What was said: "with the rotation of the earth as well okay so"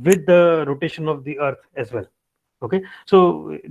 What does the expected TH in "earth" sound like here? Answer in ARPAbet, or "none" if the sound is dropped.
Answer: T